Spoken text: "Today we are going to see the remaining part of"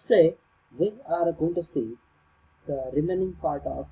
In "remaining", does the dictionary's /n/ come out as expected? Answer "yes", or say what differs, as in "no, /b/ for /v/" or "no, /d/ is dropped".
yes